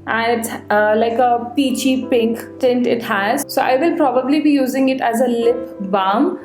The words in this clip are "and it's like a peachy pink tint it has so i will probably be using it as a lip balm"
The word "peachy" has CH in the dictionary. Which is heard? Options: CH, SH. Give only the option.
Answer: CH